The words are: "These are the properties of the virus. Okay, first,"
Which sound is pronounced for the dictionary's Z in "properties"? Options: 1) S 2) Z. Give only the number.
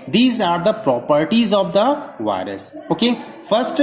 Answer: 2